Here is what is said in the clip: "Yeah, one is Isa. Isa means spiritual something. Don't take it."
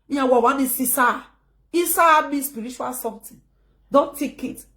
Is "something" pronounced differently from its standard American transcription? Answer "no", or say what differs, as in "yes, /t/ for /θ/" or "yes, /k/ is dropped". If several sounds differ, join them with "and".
yes, /t/ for /θ/